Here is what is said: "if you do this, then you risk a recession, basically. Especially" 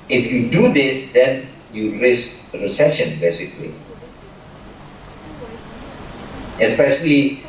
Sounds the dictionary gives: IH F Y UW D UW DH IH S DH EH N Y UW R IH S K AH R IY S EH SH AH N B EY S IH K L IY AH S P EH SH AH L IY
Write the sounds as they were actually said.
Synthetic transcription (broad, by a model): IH F Y UW D UW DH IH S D EH N Y UW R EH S AH R IY S EH SH AH N B EY S IH K L IY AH S P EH SH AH L IY